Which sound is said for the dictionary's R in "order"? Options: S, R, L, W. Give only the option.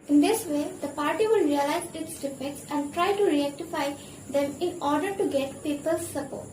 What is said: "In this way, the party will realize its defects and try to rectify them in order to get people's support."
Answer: R